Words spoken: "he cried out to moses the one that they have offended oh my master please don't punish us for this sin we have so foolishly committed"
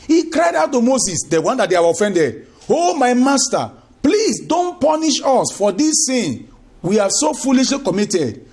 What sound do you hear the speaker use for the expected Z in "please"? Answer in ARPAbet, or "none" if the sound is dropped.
S